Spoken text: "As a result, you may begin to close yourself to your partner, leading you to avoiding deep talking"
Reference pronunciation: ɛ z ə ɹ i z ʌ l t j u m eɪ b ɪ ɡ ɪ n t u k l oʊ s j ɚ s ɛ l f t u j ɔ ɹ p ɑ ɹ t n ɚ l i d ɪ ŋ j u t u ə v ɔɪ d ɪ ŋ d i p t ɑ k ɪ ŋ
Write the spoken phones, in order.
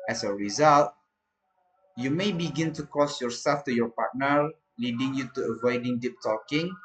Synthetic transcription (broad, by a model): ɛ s ə ɹ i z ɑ l t j u m eɪ b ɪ ɡ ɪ n t u k oʊ s j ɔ s ɛ l f t u j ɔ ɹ p ɑ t n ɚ l i d ɪ ŋ j u t u ə v ɔɪ d ɪ ŋ d i p t ɑ k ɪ ŋ